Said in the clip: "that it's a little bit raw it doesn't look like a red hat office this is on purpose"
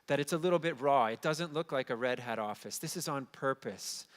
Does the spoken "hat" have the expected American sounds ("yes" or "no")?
yes